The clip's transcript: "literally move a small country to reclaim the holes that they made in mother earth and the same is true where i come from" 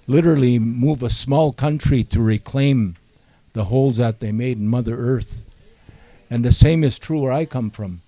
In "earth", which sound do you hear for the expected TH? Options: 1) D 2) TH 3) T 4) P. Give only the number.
2